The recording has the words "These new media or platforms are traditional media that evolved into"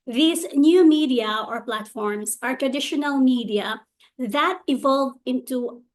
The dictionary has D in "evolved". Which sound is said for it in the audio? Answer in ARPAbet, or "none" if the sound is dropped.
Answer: none